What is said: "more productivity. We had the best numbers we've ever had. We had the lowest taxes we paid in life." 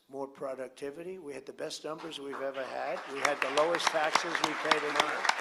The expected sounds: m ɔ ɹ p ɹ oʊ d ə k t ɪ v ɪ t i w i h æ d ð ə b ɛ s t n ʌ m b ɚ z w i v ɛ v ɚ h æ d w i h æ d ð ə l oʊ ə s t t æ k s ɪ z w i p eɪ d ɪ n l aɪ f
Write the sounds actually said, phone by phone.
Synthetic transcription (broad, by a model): m ɔ ɹ p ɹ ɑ d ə k t ɪ v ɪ t i w i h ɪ d ð ə b ɛ s t n ʌ m b ɚ z w i v ɛ v ɚ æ d w i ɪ d ð ə l oʊ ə s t t æ k s ɪ z w i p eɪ d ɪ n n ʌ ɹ